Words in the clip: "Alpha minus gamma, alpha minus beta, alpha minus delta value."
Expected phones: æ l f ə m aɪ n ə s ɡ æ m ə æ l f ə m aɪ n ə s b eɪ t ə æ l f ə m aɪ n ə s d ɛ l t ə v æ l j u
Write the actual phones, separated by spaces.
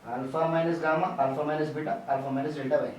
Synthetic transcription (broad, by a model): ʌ l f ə m aɪ n ə s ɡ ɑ m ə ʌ l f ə m aɪ n ə s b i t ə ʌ l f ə m aɪ n ə s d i t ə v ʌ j